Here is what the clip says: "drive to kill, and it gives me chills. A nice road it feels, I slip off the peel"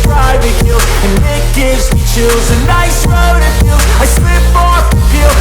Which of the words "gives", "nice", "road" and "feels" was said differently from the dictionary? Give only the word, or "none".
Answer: feels